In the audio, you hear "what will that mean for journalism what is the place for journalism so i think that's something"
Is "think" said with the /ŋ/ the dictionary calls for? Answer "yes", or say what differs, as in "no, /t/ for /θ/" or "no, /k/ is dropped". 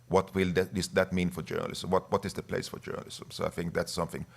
yes